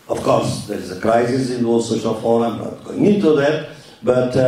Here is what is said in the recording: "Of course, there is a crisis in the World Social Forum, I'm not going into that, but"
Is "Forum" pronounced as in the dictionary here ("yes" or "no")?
no